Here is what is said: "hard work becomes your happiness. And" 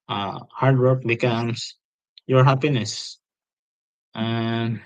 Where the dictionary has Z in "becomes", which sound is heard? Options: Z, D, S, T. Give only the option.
S